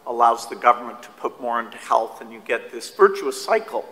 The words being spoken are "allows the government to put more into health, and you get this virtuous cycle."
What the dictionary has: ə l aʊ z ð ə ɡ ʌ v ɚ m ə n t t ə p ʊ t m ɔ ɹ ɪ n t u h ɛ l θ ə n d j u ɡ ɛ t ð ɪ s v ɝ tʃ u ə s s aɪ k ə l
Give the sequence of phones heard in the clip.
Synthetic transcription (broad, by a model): ə l aʊ z ð ə ɡ ʌ v ɚ m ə n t t ə p ʊ t m ɔ ɹ ɪ n t u h ɛ l θ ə n j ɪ ɡ ɛ t ð ɪ s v ɝ tʃ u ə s s aɪ k l